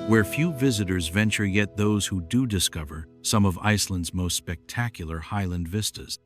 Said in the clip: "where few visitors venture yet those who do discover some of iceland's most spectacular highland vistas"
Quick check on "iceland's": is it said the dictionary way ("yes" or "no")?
yes